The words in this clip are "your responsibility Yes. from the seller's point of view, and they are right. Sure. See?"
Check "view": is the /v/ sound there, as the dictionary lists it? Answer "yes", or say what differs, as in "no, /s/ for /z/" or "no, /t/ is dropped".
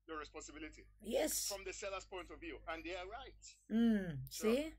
yes